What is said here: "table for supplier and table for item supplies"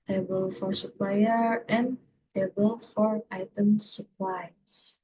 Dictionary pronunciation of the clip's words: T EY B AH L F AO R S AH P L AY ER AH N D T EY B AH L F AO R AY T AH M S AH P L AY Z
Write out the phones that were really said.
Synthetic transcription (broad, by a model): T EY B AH L F AO R S AH P L AY ER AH N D T EY B AH L F AO R AY T AH M S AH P L AY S